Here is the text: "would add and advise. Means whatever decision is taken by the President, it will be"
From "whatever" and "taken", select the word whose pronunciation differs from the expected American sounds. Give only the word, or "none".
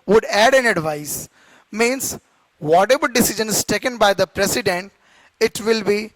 whatever